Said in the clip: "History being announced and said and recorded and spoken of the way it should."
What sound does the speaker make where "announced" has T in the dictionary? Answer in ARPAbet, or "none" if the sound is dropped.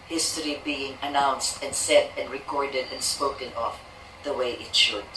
T